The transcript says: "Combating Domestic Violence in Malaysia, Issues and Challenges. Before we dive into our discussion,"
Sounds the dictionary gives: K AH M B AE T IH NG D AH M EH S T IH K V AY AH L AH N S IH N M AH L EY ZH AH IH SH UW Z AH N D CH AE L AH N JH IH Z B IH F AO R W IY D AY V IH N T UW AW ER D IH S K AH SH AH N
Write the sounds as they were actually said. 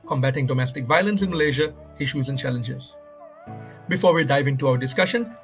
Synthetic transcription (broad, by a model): K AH M B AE T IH NG D AH M EH S T IH K V AY AH L AH N S IH N M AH L EY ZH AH IH SH UW Z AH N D CH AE L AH N JH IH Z B IH F AO R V IY D AY V IH N T UW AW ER D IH S K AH SH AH N